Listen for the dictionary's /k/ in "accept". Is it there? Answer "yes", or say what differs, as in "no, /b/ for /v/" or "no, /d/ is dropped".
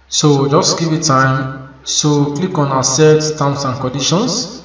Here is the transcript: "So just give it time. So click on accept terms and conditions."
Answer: no, /k/ is dropped